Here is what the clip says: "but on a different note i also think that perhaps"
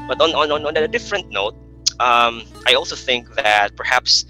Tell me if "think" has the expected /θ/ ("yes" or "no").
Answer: yes